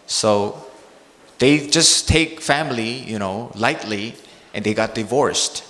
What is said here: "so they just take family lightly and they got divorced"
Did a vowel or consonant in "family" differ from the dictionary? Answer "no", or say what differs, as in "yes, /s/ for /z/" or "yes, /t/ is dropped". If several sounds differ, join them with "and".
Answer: yes, /n/ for /l/